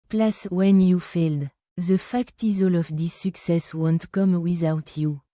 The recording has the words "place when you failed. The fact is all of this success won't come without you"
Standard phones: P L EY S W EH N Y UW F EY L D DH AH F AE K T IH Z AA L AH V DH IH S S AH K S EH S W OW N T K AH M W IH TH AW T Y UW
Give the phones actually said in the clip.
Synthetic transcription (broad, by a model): P L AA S W EH N Y UW F EY L D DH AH F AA K T IH Z AA L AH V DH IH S S AH K S EH S W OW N T K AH M W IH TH AW T Y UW